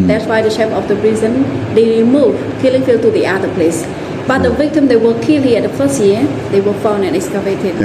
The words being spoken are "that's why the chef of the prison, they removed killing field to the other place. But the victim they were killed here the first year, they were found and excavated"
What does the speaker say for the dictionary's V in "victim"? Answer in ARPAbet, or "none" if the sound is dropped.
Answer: V